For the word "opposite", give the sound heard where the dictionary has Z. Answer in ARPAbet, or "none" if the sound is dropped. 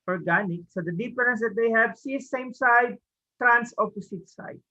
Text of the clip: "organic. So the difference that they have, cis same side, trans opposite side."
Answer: S